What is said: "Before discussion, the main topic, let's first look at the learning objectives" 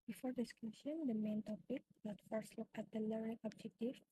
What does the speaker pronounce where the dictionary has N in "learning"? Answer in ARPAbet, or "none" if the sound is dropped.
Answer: none